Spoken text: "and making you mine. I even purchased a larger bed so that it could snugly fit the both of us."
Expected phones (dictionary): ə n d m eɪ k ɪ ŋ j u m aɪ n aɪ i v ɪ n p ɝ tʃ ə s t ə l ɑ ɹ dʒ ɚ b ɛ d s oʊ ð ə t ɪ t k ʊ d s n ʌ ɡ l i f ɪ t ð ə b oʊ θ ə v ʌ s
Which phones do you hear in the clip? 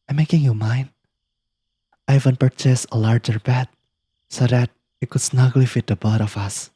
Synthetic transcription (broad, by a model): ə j m eɪ k ɪ ŋ j u m aɪ n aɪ i v ɪ n p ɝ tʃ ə s ə l ɑ ɹ dʒ ɚ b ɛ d s oʊ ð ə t ɪ t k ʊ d s n ʌ ɡ l i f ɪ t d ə b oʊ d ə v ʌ s